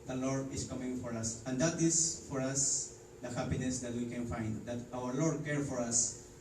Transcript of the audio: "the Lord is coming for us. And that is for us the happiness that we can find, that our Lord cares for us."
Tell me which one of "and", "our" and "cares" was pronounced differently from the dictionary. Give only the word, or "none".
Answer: cares